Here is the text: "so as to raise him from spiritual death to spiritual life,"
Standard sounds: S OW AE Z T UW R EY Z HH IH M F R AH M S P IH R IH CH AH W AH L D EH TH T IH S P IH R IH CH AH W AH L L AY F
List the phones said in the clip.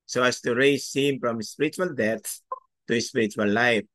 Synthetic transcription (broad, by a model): S OW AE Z T UW R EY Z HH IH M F R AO M S P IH R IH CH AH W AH L D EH S T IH S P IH R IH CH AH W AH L L AY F